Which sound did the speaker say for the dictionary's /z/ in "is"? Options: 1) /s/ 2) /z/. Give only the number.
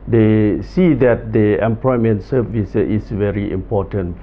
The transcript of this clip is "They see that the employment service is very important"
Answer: 1